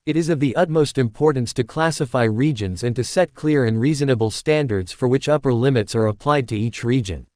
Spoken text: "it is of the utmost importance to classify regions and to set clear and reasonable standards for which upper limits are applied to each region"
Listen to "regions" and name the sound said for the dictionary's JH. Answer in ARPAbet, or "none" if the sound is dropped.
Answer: JH